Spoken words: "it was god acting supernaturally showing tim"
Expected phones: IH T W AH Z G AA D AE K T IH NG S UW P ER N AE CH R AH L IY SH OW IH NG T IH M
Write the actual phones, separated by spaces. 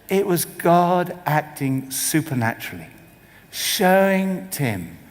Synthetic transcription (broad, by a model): IH T W AH Z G AA D AE K T IH NG S UW P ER N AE CH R L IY SH OW IH NG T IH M